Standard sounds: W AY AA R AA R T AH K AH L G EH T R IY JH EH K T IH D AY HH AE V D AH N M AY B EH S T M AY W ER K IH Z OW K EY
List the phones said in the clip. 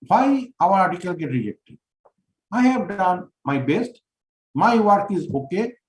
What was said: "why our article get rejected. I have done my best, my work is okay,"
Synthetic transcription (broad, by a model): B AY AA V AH R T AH K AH L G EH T R IY JH EH K T IH D AY HH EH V D AH N M AY B EH S T M AY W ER K IH Z OW K EY